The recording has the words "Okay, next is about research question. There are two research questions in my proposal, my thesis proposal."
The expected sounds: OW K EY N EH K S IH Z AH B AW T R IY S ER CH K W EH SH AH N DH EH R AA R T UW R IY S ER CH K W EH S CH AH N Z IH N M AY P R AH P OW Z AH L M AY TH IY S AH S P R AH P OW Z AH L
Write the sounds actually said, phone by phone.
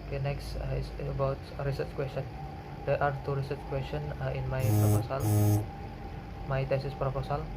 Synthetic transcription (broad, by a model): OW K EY N EH K S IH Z AH B AW T R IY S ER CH K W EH S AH N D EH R AA R T UW R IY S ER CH K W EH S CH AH N IH N M AY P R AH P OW S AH L M AY T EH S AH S P R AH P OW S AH L